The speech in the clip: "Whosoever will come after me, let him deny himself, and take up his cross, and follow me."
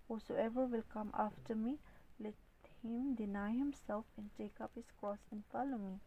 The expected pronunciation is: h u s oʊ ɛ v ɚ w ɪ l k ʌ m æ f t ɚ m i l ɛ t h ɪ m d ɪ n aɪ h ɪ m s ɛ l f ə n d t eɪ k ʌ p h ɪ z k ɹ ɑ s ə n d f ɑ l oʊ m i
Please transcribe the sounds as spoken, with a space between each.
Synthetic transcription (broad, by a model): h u s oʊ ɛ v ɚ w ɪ l k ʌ m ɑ f t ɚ m i l ɛ t h ɪ m d ɪ n aɪ h ɪ m s ɛ l f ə n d t eɪ k ʌ p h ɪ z k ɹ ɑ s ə n f ɑ l oʊ m i